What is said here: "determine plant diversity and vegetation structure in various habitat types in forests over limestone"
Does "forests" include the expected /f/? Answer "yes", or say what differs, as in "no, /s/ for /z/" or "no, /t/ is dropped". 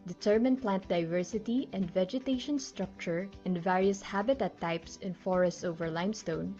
yes